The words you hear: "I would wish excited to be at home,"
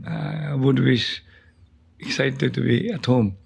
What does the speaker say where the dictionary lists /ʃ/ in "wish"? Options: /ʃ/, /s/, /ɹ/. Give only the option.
/s/